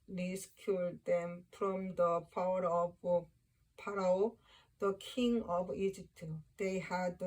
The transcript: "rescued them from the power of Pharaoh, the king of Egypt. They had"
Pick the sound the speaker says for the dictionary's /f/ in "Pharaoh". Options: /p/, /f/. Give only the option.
/p/